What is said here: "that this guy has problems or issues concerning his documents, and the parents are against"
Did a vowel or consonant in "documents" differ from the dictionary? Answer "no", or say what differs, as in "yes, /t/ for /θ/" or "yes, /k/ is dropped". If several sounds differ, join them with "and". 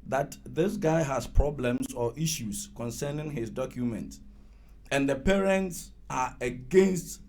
yes, /s/ is dropped